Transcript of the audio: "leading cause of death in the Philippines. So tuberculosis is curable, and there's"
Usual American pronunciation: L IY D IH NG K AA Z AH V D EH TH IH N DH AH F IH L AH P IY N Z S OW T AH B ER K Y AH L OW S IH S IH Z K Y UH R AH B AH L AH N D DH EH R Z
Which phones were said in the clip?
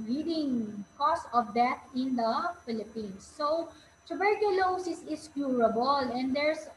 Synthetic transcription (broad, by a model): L IY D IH NG K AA S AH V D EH T IH N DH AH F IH L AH P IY N S OW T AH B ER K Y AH L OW S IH S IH S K Y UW R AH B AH L AH N D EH R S